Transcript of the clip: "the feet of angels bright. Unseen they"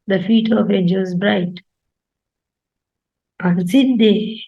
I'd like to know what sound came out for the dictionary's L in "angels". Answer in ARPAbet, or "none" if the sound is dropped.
none